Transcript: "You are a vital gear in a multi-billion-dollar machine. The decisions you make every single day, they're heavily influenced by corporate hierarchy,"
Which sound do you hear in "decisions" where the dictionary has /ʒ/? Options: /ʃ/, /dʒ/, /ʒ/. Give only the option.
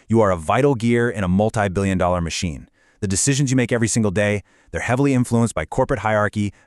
/ʒ/